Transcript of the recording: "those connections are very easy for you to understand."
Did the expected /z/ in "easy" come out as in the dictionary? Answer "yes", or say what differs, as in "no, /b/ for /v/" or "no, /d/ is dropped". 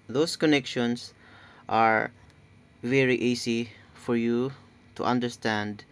no, /s/ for /z/